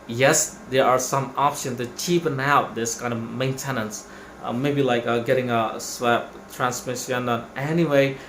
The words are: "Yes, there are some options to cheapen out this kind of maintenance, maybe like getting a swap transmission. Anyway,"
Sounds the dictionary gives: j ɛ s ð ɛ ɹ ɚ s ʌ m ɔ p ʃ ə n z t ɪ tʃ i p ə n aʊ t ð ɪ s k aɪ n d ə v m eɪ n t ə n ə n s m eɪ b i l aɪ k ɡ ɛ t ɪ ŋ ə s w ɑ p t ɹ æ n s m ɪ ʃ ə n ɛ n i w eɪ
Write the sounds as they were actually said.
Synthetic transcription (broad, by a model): j ɛ s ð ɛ ɹ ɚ s ʌ m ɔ p ʃ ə n t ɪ tʃ i p ə n aʊ t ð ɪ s k aɪ n d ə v m eɪ n t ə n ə n s m eɪ b i l aɪ k ɡ ɛ t ɪ ŋ ə s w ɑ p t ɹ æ n s m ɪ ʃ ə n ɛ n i w eɪ